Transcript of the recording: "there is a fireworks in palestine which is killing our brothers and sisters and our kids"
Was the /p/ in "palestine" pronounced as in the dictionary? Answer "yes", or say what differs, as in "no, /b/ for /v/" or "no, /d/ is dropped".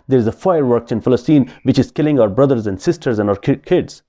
no, /f/ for /p/